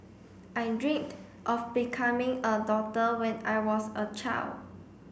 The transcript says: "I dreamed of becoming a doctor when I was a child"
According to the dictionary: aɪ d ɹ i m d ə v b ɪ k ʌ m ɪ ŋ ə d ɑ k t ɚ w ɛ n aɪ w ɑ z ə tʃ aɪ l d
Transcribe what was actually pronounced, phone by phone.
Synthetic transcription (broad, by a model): aɪ d ɹ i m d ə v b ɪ k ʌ m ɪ ŋ ə d ɑ t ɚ w ɛ n aɪ w ɑ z ə tʃ aɪ l d